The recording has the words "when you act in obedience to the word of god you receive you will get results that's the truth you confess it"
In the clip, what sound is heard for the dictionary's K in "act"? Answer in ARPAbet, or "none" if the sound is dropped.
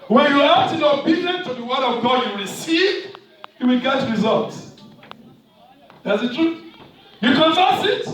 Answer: none